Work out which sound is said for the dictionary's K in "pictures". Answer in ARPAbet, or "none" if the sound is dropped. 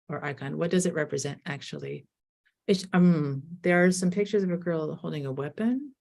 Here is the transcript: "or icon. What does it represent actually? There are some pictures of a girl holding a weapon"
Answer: K